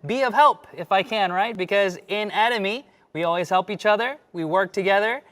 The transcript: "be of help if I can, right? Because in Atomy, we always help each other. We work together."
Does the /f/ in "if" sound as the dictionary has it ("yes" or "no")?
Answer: yes